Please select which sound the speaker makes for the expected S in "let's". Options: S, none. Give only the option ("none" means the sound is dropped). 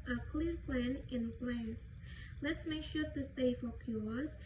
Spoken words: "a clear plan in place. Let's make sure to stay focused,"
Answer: S